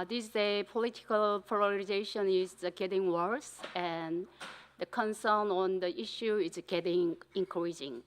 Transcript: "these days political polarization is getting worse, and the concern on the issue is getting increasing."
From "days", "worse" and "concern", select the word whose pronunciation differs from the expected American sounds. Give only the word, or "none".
days